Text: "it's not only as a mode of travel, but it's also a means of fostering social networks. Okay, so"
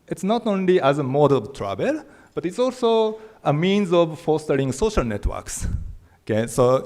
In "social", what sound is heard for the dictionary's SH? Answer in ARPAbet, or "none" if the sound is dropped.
SH